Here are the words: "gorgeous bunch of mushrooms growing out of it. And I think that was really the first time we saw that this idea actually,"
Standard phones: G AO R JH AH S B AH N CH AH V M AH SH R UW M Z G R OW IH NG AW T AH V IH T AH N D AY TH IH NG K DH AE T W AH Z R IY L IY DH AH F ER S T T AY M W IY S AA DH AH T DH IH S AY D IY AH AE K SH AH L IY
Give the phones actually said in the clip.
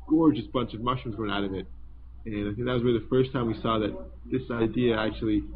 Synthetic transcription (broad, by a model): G AO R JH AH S B AH N CH AH V M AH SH UW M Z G OW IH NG AW T AH V IH T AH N AY TH IH NG K DH AE T W AH Z W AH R DH AH F ER S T T AY M W IY S AA DH AH T DH IH S AY D IY AH AE K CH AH L IY